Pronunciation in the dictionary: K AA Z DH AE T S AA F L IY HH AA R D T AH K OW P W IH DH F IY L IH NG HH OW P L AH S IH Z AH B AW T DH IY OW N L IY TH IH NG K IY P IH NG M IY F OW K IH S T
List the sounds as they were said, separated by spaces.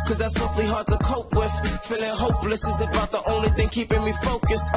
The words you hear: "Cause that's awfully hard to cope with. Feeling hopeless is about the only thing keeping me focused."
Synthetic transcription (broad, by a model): K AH Z DH AE T S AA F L IY HH AA R D T AH K OW P W IH DH F IY L IH NG HH OW P L AH S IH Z AH B AW T DH IY OW N L IY TH IH NG K IY P IH NG M IY F OW K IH S T